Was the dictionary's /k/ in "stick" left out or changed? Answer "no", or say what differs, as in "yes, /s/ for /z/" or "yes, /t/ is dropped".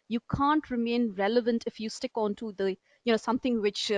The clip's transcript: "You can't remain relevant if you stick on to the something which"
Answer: no